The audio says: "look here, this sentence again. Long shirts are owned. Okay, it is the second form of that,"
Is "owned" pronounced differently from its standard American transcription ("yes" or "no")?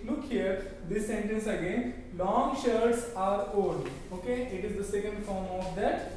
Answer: yes